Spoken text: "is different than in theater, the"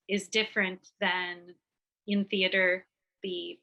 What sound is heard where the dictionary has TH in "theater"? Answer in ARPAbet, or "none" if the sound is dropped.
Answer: TH